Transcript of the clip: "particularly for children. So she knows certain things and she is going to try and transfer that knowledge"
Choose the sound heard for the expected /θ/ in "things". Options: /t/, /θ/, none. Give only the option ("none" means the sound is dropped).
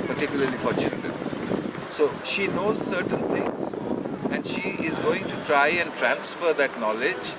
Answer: /t/